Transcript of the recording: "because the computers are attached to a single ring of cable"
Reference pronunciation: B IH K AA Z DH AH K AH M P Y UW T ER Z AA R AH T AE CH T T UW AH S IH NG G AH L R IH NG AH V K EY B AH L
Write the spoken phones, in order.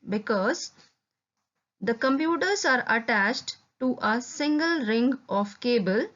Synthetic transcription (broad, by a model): B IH K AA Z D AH K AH M P Y UW T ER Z AA R AH T AE CH T T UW AH S IH NG G AH L R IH NG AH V K EY B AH L